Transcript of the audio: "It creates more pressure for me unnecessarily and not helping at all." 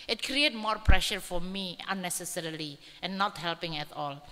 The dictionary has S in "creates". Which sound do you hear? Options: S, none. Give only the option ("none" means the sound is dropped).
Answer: none